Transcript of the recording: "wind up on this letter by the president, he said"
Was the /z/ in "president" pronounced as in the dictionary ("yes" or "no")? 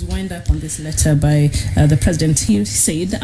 yes